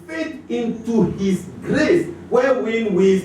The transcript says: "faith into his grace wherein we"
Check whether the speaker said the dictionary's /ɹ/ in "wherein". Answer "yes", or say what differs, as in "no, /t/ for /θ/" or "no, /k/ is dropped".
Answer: no, /w/ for /ɹ/